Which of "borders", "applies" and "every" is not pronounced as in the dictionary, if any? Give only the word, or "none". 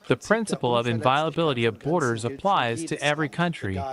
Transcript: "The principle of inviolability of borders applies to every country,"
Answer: none